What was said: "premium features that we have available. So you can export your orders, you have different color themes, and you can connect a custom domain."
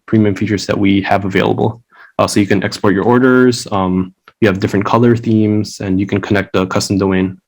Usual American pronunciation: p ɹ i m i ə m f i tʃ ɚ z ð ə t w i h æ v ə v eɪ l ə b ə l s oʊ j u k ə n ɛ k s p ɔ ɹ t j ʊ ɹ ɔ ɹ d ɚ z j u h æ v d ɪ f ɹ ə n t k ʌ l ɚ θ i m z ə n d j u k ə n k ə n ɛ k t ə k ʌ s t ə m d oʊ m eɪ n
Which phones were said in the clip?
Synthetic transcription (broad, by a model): p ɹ i m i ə m f i tʃ ɚ z ð ə t w i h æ v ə v eɪ l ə b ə s oʊ j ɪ k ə n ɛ k s p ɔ ɹ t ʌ ɹ ɔ ɹ d ɚ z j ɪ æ v d ɪ f ɹ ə n k ʌ l ɚ θ i m z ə n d j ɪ k ə n k ə n ɛ k t ə k ʌ s t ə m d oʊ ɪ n